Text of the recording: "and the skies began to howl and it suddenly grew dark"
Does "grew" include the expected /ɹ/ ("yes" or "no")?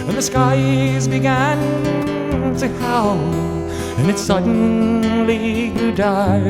no